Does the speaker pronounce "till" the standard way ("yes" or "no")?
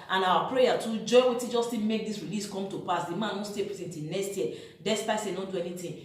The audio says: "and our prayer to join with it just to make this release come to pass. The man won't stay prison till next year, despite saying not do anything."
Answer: no